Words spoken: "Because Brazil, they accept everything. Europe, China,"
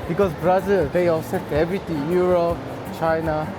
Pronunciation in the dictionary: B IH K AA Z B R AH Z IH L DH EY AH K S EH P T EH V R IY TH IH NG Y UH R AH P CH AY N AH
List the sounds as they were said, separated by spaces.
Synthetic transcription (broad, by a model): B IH K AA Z B R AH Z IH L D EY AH S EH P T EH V R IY T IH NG Y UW R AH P CH AY N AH